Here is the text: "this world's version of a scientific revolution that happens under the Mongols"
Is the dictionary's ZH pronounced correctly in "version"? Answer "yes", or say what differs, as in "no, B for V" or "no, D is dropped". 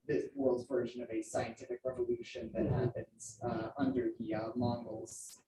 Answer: yes